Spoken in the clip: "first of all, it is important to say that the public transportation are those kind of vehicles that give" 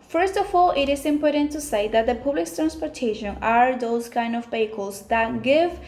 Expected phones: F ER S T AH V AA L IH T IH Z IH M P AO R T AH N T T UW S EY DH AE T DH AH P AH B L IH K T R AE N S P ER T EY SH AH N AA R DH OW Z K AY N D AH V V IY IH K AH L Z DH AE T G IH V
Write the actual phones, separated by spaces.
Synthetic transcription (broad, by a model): F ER S T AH F AA L IH T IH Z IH M P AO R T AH N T T UW S EY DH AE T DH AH P AH B L IH K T R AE N S P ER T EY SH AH N AA R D OW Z K AY N D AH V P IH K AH L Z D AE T G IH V